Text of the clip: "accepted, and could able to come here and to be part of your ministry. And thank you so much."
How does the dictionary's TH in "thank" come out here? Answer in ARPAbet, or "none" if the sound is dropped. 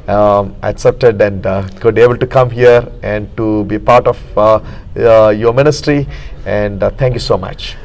T